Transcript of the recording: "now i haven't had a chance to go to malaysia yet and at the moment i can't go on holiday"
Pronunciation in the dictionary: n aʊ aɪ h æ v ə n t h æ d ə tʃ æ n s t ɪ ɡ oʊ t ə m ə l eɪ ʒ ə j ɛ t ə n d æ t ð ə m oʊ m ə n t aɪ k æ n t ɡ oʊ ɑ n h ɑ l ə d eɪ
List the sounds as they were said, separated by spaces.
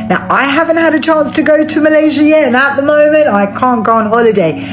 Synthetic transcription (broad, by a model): n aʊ aɪ h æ v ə n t h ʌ d ə tʃ æ n s t ɪ ɡ oʊ t ə m ə l eɪ ʒ ə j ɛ ə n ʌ t ð ə m oʊ m ə n t aɪ k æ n ɡ oʊ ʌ n h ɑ l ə d eɪ